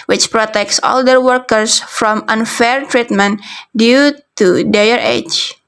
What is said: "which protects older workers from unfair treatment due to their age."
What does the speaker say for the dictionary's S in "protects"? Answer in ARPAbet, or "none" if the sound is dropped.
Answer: S